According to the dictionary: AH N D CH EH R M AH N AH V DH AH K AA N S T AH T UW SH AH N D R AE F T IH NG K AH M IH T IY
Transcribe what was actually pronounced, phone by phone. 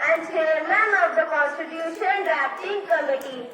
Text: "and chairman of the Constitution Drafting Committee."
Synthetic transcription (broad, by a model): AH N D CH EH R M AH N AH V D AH K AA N S T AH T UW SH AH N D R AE P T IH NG K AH M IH T IY